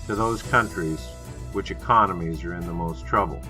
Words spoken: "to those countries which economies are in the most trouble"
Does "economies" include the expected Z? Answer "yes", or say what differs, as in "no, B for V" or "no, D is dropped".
yes